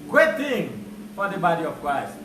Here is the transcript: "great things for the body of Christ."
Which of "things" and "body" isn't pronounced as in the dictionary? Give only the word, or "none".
things